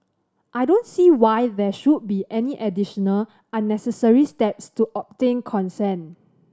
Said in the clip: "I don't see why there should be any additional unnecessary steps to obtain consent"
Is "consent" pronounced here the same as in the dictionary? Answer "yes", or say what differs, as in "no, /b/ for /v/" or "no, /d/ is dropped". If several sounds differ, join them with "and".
no, /t/ is dropped